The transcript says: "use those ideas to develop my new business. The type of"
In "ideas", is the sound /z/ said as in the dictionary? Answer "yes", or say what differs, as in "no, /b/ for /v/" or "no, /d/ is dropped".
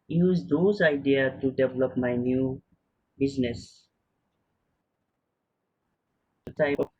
no, /z/ is dropped